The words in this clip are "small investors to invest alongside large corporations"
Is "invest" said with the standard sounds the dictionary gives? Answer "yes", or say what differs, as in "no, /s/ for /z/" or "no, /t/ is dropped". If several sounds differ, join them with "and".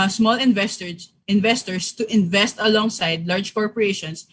yes